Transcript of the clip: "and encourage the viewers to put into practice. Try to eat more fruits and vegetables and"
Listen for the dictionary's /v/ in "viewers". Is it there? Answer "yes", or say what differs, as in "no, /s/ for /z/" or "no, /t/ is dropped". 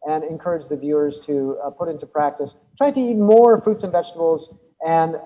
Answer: yes